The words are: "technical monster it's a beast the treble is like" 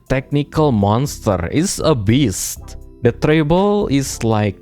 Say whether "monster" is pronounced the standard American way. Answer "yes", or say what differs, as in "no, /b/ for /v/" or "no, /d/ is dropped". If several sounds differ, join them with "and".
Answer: yes